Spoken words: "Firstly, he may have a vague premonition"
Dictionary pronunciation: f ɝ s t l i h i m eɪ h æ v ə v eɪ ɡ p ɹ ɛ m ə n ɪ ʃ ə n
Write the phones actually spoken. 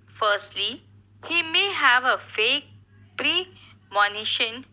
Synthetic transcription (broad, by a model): f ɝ s t l i h i m eɪ h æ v ə f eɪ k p ɹ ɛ m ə n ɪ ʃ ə n